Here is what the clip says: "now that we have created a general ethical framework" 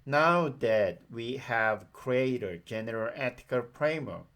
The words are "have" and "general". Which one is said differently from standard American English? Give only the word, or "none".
none